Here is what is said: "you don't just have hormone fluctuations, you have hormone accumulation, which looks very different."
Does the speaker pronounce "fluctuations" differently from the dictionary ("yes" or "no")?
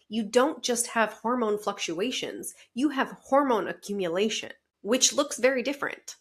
no